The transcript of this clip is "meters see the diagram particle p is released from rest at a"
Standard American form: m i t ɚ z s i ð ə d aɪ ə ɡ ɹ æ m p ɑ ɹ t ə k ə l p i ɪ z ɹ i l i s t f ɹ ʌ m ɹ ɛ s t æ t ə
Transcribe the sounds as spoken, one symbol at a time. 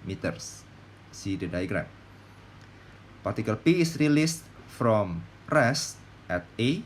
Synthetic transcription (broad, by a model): m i t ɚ s i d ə d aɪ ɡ ɹ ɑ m p ɑ ɹ t ə k ə l p i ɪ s ɹ i l i s t f ɹ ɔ m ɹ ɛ s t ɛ t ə